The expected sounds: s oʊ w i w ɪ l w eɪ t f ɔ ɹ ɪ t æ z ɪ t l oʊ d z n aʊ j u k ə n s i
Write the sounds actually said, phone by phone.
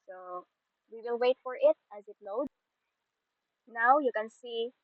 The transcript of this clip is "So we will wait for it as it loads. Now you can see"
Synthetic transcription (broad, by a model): s oʊ w i w ɪ l w eɪ t f ɔ ɹ ɪ t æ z ɪ t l oʊ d n aʊ j u k ə n s i